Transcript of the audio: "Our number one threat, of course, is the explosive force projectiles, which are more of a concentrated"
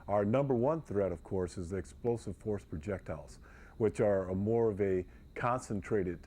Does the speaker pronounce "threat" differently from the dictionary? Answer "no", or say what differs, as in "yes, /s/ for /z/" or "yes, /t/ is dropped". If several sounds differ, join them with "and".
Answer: no